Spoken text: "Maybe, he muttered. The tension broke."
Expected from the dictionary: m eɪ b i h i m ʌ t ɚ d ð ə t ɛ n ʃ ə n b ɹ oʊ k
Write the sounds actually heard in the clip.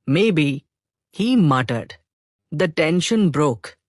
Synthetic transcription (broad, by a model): m eɪ b i h i m ʌ t ɚ d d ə t ɛ n ʃ ə n b ɹ oʊ k